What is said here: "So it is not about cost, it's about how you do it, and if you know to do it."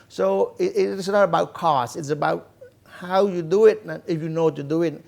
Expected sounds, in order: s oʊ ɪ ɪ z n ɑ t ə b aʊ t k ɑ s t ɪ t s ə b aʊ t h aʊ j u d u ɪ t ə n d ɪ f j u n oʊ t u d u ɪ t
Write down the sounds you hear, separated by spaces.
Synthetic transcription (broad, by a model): s oʊ ɪ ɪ s n ɑ t ə b aʊ t k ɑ s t ɪ t s ə b aʊ t h aʊ j u d u ɪ t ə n ɪ f j u n oʊ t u d u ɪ t